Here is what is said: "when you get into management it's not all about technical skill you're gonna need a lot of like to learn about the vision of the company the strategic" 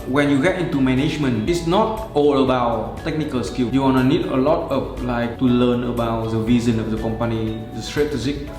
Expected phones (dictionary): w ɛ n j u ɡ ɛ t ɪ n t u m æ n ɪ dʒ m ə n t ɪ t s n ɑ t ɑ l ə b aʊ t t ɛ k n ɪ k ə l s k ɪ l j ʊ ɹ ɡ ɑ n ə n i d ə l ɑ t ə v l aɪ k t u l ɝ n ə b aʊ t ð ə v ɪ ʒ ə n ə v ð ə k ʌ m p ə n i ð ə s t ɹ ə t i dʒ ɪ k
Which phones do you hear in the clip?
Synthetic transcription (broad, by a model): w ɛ n j u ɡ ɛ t ɪ n t u m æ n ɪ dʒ m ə n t ɪ t s n ɑ t ɑ l ə b aʊ t t ɛ k n ɪ k ə l s k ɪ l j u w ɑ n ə n i d ə l ɑ t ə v l aɪ k t u l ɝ n ə b aʊ t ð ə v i z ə n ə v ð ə k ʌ m p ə n i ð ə s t ɹ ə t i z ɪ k